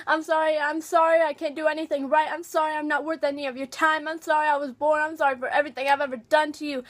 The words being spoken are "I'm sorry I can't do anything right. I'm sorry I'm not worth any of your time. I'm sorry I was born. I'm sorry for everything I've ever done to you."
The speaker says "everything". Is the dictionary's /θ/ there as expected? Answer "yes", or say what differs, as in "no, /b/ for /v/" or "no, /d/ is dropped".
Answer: yes